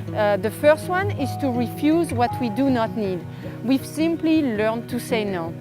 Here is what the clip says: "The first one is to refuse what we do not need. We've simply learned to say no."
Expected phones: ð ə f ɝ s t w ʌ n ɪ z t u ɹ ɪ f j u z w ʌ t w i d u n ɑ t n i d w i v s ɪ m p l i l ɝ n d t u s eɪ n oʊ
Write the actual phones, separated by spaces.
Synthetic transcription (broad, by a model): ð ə f ɝ s t w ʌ n ɪ z t u ɹ ɪ f j u z w ʌ t w i d u n ɑ t n i d w i v s ɪ m p l i l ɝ n t u s eɪ n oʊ